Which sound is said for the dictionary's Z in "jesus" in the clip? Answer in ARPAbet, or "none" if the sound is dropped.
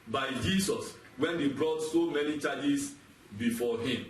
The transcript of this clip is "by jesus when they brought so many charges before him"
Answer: S